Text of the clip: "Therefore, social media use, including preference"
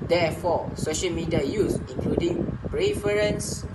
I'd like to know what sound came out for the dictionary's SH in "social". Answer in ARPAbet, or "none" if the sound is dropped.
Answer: SH